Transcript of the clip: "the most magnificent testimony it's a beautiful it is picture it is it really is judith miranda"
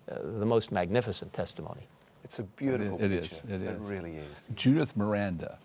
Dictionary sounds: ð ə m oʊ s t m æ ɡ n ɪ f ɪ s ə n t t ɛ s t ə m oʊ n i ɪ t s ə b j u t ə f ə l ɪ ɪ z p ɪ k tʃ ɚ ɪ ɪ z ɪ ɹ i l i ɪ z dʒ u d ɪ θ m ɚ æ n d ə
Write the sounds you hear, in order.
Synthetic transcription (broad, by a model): ð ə m oʊ s t m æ ɡ n ɪ f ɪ s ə n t t ɛ s t ə m oʊ n i ɪ t s ə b j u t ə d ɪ ɪ z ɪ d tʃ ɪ ɪ z ɪ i l i ɪ z dʒ u d ɪ θ m ɚ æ n d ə